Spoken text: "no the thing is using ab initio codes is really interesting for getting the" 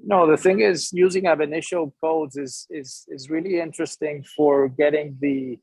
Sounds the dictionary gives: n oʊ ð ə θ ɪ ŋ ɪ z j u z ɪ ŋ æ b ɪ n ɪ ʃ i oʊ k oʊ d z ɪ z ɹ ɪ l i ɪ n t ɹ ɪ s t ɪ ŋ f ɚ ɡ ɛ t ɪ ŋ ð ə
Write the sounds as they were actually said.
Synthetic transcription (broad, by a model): n oʊ ð ə θ ɪ ŋ ɪ z j u z ɪ ŋ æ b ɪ n ɪ ʃ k oʊ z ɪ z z ɪ z ɹ ɪ l i ɪ n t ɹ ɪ s t ɪ ŋ f ɚ ɡ ɛ t ɪ ŋ ð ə